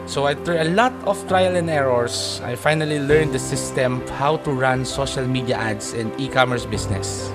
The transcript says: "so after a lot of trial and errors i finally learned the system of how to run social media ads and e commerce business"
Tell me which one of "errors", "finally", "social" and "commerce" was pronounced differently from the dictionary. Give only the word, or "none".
errors